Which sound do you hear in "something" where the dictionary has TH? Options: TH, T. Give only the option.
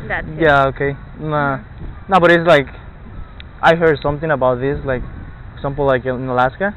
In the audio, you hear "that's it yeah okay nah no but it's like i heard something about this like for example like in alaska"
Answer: TH